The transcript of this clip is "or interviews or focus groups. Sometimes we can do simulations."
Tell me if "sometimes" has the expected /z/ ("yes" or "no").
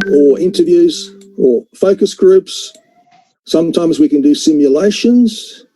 yes